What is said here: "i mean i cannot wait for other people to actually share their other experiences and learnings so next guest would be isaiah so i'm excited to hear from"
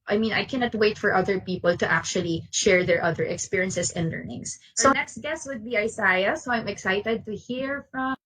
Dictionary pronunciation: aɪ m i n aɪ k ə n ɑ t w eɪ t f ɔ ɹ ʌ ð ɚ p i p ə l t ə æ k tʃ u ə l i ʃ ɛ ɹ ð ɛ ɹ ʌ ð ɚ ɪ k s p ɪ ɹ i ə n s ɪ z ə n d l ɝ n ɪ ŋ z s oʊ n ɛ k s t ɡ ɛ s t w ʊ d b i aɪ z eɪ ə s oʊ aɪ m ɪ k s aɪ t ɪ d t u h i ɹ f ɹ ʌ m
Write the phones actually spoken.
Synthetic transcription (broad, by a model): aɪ m i n aɪ k ə n ɑ t w eɪ t f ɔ ɹ ʌ ð ɚ p i p ə l t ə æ k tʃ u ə l i ʃ ɛ ɹ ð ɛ ɹ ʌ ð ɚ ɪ k s p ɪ ɹ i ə n s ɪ s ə n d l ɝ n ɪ ŋ s oʊ n ɛ k s t ɡ ɛ s t w ʊ d b i aɪ s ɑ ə s oʊ aɪ m ɪ k s aɪ t ɪ d t u h i ɹ f ɹ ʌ m